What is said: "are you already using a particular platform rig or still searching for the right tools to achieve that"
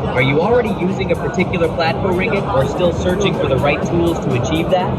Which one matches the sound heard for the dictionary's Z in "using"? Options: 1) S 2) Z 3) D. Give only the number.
2